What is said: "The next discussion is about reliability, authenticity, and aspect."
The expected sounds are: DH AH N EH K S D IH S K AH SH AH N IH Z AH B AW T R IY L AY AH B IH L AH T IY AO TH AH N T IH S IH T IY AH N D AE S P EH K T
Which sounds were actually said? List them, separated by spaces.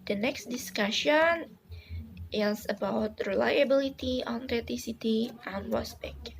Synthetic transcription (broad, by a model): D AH N EH K S D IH S K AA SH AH N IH S AH B AW T R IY L AY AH B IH L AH T IY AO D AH T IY S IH T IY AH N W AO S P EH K